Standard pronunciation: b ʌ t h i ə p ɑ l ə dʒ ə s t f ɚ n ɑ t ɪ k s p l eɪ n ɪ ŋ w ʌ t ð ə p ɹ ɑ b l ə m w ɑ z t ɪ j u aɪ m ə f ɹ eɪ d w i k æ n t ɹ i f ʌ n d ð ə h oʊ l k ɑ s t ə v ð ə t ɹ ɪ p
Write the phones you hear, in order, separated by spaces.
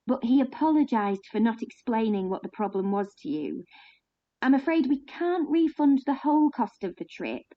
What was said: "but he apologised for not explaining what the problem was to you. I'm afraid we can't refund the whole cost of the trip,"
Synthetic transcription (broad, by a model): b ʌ t h i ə p ɑ l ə dʒ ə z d f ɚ n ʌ t ɪ k s p l eɪ n ɪ ŋ w ʌ t ð ə p ɹ ɑ b l ə m w ɑ z t ɪ j u aɪ m ə f ɹ eɪ d w i k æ n t ɹ i f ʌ n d ð ə h oʊ l k ɑ s t ə v ð ə t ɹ ɪ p